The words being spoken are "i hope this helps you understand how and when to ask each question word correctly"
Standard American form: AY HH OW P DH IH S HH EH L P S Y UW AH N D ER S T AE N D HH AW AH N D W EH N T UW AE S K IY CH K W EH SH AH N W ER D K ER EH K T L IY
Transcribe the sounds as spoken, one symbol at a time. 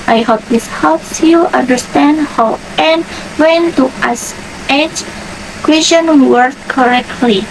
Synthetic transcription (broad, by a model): AY HH OW P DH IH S HH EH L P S Y UW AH N D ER S T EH N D HH AW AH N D W EH N T UW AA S EH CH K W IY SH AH N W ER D K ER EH K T L IY